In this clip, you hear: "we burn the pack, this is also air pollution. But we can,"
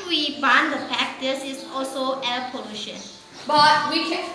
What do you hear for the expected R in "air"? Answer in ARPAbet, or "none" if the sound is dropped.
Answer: L